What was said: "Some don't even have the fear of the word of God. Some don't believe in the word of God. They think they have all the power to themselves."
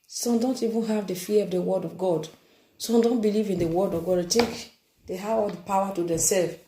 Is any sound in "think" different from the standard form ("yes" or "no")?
yes